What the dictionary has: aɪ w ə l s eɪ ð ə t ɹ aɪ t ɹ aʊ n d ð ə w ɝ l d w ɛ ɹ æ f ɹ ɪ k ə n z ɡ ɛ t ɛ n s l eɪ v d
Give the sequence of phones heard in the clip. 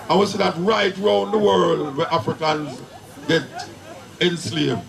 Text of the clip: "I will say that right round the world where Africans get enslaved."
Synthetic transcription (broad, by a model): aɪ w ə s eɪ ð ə t ɹ aɪ t ɹ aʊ n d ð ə w ɝ l d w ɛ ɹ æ f ɹ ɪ k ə n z ɡ ɛ t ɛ n s l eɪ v